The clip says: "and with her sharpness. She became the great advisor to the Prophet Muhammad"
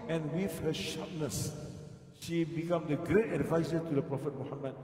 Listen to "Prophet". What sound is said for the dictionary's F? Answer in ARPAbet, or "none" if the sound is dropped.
F